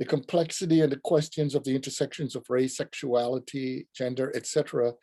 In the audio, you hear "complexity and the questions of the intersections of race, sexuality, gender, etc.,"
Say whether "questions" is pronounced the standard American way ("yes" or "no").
yes